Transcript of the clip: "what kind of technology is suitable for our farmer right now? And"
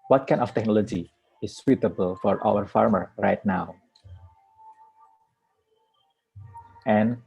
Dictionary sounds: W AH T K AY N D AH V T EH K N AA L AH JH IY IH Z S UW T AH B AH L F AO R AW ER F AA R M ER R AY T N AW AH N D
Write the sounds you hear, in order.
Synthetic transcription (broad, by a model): W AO T K AY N AH F T EH K N AA L AH JH IY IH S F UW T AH B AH L F AO R AW ER F AA R M ER R AY T N AW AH N